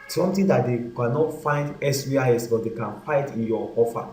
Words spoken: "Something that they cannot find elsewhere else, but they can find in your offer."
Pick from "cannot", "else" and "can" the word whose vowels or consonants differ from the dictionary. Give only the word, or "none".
else